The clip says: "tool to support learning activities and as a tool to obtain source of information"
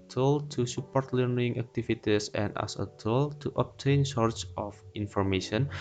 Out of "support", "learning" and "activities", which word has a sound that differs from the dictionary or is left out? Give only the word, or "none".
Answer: activities